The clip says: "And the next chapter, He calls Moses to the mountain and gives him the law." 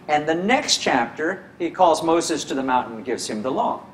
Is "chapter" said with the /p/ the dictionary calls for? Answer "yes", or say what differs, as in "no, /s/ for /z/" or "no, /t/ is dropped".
yes